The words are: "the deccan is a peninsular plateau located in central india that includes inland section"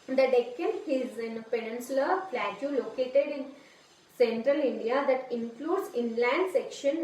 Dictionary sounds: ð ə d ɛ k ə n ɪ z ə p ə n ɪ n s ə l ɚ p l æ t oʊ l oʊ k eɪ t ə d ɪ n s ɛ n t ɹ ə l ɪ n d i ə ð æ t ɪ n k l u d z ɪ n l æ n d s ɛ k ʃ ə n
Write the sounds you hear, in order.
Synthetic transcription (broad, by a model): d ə d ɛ k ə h ɪ z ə p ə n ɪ n s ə l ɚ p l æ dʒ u l oʊ k eɪ t ə d ɪ n s ɛ n t ɹ ə l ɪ n d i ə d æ t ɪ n k l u d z ɪ n l æ n d s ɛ k ʃ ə n